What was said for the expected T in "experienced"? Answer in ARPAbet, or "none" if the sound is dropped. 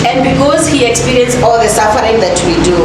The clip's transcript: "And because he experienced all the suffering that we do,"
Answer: none